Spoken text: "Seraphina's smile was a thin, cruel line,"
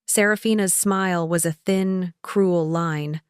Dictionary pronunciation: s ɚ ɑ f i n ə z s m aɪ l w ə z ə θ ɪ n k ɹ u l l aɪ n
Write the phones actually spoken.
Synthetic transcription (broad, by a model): s ɚ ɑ f i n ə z s m aɪ l w ə z ə θ ɪ n k ɹ u l l aɪ n